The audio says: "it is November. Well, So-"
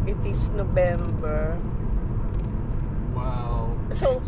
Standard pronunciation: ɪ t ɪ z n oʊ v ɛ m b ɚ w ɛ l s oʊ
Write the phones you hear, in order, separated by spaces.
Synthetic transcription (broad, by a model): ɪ t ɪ s n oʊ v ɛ m b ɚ w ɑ w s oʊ